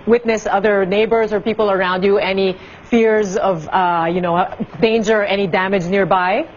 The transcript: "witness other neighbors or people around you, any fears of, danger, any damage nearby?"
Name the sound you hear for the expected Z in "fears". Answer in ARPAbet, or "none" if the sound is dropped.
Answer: Z